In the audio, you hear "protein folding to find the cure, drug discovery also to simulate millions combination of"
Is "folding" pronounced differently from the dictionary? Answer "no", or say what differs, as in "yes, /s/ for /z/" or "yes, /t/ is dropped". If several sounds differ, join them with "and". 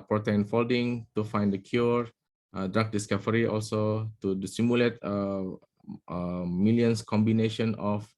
no